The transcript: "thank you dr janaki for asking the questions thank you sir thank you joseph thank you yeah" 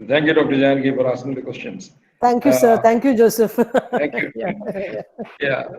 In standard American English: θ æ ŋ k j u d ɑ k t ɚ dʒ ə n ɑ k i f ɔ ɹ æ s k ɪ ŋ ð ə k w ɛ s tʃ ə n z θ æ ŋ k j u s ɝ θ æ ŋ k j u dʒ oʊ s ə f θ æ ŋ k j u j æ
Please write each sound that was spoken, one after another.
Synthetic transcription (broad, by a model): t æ ŋ k j u d ɑ k t ɚ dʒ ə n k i f ɔ ɹ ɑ s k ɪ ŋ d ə k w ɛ s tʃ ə n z t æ ŋ k j u s ɝ t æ ŋ k j u dʒ oʊ s ə f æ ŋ k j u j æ